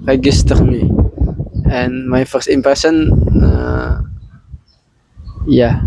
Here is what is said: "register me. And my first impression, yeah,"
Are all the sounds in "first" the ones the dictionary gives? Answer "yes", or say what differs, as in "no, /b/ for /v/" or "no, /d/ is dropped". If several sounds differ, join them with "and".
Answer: yes